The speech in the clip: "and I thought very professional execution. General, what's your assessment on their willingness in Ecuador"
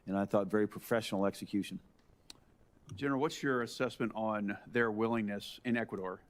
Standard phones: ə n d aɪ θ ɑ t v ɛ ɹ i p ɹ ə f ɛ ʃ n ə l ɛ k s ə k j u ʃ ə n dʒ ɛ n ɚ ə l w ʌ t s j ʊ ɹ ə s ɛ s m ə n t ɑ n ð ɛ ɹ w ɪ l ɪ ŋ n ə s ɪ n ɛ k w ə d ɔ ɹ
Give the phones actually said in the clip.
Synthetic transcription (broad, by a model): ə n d aɪ θ ɑ t v ɛ ɹ i p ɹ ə f ɛ ʃ n l ɛ k s ə k j u ʃ ə n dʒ ɛ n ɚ l w ʌ t s j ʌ ɹ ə s ɛ s m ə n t n ð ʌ ɹ w ɪ l ɪ ŋ n ə s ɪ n ɛ k w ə d ɔ ɹ